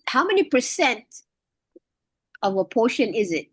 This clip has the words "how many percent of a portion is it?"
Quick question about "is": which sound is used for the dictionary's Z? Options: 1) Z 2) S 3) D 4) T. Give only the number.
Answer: 1